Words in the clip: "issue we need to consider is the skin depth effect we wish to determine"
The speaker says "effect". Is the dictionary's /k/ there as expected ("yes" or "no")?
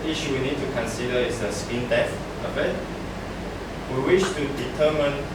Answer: no